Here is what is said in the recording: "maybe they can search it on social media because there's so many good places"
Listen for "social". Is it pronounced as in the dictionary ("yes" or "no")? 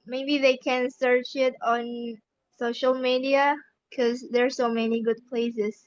yes